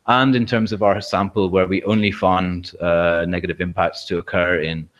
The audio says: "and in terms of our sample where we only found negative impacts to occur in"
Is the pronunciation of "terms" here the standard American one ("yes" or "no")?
yes